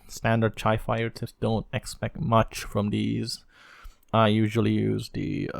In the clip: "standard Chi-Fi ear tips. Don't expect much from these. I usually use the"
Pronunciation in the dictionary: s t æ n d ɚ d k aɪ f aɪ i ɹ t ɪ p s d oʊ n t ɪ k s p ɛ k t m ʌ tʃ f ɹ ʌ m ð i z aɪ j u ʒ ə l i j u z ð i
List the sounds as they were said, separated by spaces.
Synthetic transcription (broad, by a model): s t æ n d ɚ d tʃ aɪ f aɪ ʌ ɹ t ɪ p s d oʊ n t ɪ k s p ɛ k t m ʌ tʃ f ɹ ʌ m ð i z aɪ j u ʒ ə l i j u z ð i